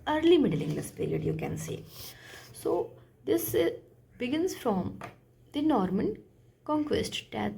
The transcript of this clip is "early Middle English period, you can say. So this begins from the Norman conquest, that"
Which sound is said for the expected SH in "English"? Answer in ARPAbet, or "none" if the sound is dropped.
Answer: S